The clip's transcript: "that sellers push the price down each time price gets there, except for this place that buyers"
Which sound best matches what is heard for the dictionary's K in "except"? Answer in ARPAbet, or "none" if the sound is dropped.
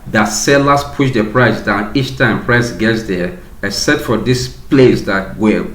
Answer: none